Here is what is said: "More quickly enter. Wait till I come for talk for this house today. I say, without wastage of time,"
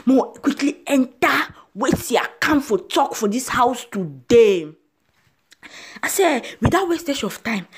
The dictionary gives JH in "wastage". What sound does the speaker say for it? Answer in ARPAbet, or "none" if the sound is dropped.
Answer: SH